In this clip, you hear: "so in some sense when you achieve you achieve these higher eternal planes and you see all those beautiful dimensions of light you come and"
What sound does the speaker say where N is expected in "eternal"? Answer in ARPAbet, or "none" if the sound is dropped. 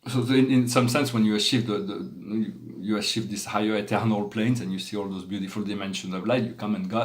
N